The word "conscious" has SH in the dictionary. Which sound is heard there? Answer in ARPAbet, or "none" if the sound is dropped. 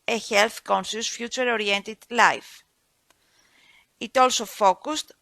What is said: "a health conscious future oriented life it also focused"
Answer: S